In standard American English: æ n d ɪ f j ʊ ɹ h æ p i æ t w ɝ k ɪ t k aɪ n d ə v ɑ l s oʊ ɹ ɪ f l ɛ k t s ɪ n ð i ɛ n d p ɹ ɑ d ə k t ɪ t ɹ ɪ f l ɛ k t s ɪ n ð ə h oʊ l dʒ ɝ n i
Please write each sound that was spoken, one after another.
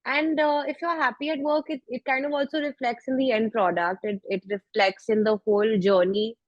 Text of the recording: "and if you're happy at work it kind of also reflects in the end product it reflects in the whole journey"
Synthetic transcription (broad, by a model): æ n d ɪ f j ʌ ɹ h æ p i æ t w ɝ k ɪ t k aɪ n d ə v ɑ l s oʊ ɹ ɪ f l ɛ k t s ɪ n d i ɛ n d p ɹ ɑ d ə k t ɪ t ɹ ɪ f l ɛ k t s ɪ n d ə h oʊ l dʒ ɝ n i